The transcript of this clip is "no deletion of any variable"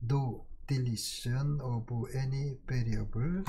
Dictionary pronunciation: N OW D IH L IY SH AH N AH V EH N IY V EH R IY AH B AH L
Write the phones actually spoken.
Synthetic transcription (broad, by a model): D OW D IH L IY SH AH N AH B EH N IY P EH R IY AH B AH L